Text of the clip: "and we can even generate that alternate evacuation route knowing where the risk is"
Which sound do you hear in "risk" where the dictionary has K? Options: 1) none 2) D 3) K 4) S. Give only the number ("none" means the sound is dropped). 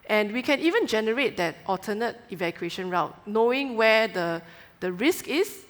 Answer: 3